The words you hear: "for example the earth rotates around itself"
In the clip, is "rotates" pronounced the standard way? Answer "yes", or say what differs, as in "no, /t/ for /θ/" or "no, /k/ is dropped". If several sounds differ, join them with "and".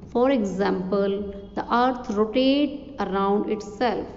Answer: no, /s/ is dropped